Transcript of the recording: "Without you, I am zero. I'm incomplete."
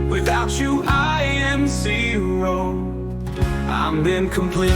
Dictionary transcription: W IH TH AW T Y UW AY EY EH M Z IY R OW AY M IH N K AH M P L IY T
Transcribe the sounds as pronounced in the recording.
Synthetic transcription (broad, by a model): W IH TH AW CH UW AY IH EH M S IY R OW AY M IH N K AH M P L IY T